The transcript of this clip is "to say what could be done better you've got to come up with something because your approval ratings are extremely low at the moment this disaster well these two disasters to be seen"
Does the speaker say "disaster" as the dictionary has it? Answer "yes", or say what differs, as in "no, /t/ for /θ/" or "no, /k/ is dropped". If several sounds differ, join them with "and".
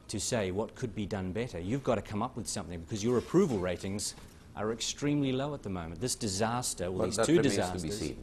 yes